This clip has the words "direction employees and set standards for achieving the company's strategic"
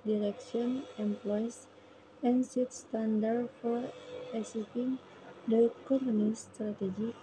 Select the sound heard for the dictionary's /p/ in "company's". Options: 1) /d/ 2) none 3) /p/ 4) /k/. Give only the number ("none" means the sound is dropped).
2